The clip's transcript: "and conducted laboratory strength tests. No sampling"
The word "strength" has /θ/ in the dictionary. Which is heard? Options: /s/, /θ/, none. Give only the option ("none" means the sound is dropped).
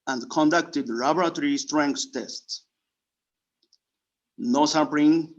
/s/